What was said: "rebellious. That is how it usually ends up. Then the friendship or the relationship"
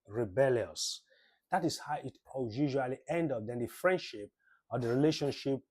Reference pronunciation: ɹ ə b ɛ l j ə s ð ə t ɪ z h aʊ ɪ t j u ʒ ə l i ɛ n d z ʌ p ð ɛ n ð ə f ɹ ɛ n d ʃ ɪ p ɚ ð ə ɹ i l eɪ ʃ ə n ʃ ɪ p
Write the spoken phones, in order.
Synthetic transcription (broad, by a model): ɹ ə b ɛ l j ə s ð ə t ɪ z h aʊ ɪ t j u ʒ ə l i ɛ n d ʌ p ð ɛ n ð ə f ɹ ɛ n d ʃ ɪ p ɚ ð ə ɹ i l eɪ ʃ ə n ʃ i p